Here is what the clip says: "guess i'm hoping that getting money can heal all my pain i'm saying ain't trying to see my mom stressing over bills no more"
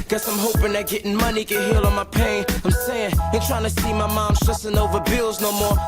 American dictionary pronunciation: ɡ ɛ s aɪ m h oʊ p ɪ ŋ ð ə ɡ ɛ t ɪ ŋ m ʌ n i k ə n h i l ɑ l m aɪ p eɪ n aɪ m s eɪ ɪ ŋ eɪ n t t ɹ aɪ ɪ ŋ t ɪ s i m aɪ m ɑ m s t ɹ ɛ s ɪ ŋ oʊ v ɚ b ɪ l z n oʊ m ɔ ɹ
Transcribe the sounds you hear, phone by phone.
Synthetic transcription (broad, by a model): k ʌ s aɪ m h oʊ p ɪ ŋ ð ə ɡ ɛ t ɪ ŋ m ʌ n i k ə n h i l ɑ n m aɪ p eɪ n aɪ m s eɪ ɪ ŋ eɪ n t t ɹ aɪ ɪ ŋ t ɪ s i m aɪ m ɑ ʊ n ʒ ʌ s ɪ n oʊ v ɚ b ɪ l z n oʊ m ɔ ɹ